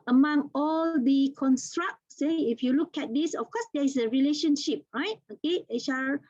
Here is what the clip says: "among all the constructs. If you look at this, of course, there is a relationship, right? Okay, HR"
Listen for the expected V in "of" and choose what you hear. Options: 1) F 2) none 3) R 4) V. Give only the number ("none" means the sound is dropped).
1